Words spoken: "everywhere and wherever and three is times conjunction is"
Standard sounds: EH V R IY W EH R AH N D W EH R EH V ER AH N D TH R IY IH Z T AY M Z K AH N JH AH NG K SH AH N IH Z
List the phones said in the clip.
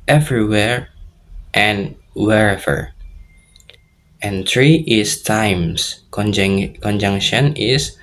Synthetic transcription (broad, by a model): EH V R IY W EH R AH N W EH R EH V ER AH N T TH R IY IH S T AY M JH K AH N JH AH NG K SH AH N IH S